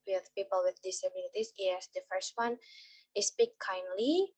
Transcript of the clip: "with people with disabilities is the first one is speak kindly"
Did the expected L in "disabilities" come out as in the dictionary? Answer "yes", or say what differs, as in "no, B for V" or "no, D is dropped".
no, N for L